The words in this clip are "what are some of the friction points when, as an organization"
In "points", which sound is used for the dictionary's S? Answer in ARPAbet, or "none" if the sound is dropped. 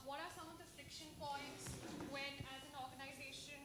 S